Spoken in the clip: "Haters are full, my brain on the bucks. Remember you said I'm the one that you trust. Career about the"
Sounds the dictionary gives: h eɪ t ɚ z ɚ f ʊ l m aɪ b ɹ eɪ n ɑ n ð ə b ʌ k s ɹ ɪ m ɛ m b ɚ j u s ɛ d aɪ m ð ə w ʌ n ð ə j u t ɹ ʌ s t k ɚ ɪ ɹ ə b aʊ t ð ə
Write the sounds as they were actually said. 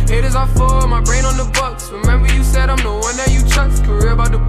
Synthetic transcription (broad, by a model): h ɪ t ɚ z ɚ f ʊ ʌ m aɪ b ɹ eɪ n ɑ n ð ə b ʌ k s ɹ ɪ m ɛ m b ɚ j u s ɛ d aɪ m ð ə w ʌ n ð ə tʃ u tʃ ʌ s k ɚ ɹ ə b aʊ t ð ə